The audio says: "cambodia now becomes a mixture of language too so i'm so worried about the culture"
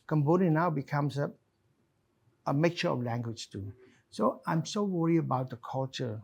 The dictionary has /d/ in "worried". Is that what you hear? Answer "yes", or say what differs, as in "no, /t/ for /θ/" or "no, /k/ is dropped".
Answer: no, /d/ is dropped